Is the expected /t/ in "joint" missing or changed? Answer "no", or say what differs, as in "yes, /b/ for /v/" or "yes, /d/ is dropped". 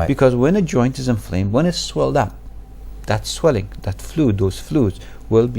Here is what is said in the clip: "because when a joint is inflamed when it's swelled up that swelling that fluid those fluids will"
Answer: no